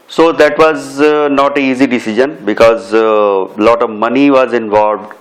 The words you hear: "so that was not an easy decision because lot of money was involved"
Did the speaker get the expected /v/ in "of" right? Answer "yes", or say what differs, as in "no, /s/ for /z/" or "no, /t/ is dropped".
yes